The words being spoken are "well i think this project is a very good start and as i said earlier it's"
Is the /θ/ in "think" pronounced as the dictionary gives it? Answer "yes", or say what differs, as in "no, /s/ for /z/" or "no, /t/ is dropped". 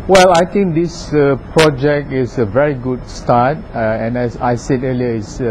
no, /t/ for /θ/